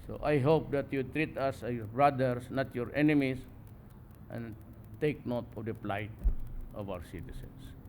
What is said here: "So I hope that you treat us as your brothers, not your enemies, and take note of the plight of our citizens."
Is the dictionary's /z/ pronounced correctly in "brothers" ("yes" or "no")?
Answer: no